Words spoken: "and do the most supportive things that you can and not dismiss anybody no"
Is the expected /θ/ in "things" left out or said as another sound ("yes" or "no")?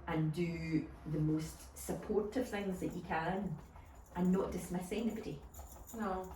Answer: no